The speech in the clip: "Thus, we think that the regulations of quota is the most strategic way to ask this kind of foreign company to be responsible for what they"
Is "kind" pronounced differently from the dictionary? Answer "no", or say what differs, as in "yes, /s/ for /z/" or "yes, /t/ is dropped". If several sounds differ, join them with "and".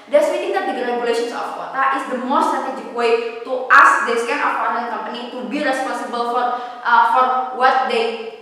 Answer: yes, /d/ is dropped